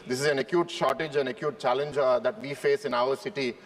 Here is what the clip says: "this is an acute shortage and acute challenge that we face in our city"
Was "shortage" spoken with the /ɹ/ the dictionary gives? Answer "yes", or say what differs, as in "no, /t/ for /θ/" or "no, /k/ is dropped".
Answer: yes